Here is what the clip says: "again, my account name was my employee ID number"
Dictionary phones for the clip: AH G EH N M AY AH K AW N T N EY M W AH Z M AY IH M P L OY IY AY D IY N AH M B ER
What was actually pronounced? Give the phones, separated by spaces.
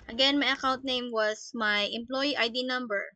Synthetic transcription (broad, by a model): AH G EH N M AY AH K AW N T N EY M W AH S M AY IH M P L OY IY AY D IY N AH M B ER